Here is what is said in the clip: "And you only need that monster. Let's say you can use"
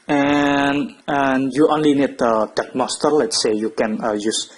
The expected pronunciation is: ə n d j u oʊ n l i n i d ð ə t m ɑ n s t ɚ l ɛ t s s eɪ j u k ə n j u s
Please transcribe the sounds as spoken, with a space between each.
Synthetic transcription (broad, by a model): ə n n j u oʊ n l i n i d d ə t m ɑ s t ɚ l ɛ t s s eɪ j u k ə n j u s